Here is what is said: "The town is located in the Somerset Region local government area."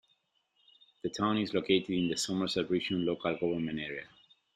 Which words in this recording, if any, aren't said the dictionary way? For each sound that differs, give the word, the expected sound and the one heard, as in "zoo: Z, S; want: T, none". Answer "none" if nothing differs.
government: T, none